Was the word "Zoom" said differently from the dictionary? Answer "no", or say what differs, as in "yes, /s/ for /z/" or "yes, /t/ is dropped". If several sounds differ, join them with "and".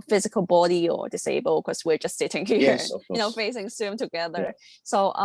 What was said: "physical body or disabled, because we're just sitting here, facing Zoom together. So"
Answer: yes, /s/ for /z/